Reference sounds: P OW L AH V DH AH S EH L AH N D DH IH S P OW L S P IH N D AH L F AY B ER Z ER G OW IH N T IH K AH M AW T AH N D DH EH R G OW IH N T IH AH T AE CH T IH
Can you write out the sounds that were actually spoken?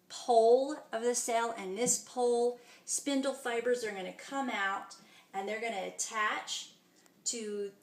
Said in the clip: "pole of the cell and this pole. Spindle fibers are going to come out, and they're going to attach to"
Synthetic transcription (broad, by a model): P OW L AH V DH AH S EH L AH N DH IH S P OW L S P IH N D L F AY B ER Z ER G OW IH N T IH K AH M AW T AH N DH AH R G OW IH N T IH AH T AE CH T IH